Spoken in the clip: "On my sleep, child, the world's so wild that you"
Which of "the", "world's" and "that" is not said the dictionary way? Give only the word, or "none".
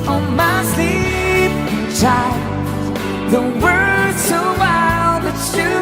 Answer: world's